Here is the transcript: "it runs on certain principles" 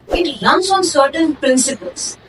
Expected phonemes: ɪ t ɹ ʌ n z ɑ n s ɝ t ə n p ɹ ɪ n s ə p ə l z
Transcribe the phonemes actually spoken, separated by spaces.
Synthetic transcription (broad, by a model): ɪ t l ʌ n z ɑ n s ɝ t ə n p ɹ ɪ n s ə p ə l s